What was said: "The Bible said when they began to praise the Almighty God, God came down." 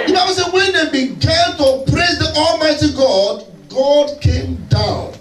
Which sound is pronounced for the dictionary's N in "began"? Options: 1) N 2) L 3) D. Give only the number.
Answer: 2